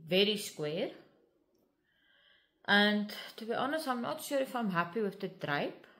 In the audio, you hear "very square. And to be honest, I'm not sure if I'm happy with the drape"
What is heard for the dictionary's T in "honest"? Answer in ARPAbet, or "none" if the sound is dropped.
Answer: none